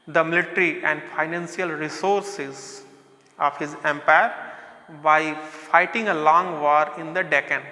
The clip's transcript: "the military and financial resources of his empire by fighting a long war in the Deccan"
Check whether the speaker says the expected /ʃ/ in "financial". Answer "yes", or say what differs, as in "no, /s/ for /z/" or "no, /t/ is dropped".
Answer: no, /s/ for /ʃ/